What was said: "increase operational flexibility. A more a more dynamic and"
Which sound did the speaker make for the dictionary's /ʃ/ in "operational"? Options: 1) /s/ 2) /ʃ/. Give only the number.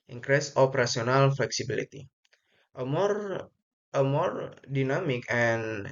1